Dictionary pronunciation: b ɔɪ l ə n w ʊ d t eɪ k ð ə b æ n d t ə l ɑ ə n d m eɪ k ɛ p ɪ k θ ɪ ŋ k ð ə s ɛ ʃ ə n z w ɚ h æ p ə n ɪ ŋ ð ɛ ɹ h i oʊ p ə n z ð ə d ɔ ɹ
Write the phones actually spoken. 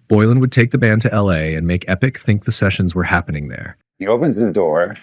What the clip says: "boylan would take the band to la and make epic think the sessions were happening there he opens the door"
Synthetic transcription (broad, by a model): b ɔɪ l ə n w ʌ d t eɪ k ð ə b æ n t t ə l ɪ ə n m eɪ k ɛ p ɪ k θ ɪ ŋ k ð ə s ɛ ʃ ə n z w ɚ h æ p ə n ɪ ŋ ð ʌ ɹ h i oʊ p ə n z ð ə d ɔ ɹ